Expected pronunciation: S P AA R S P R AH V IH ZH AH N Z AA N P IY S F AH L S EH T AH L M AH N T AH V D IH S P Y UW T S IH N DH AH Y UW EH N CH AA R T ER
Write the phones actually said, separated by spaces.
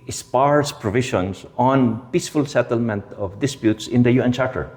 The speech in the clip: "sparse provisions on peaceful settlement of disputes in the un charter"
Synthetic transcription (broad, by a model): S P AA R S P R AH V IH SH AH N S AA N P IY S F AH L S EH T AH L M AH N T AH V D IH S P Y UW T S IH N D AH Y UW EH N CH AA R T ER